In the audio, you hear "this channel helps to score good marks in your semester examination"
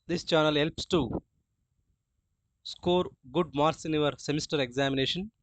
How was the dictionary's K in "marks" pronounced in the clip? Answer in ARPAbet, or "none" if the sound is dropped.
none